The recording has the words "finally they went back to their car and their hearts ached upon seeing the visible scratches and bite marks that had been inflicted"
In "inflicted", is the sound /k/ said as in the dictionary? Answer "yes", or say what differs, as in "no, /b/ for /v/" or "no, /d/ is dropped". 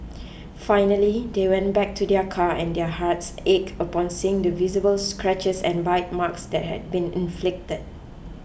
yes